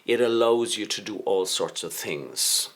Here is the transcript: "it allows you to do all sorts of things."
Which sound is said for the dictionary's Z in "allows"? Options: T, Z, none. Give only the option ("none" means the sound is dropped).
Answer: Z